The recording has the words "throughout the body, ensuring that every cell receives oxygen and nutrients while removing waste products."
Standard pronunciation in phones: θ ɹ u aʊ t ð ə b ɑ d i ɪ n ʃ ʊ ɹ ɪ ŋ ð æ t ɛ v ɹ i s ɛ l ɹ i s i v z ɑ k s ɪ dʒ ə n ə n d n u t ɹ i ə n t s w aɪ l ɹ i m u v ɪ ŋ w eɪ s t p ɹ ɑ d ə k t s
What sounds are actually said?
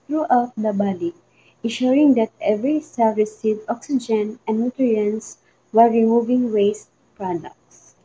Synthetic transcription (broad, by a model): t ɹ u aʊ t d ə b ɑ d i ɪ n ʃ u ɹ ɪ ŋ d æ t ɛ v ɹ i s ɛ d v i s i z ɑ k s ɪ dʒ ə n ə n d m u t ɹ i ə n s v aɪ ɹ i m u v ɪ ŋ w eɪ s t p ɹ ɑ d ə k t s